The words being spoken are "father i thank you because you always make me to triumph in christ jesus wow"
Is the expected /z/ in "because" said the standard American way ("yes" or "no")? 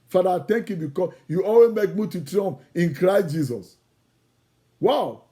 no